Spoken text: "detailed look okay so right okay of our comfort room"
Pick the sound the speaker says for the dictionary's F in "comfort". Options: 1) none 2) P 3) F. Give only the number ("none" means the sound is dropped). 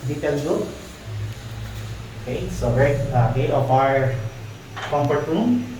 2